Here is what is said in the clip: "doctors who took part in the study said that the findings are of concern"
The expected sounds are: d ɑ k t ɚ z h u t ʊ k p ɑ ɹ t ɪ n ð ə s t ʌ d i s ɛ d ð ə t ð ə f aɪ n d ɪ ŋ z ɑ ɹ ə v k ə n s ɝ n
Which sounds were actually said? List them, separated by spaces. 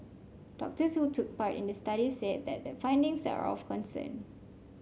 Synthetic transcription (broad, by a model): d ɑ k t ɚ s h u t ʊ k p ɑ ɹ t ɪ n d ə s t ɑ d i s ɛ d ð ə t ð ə f aɪ n d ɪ ŋ s ɑ ɹ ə f k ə n s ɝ n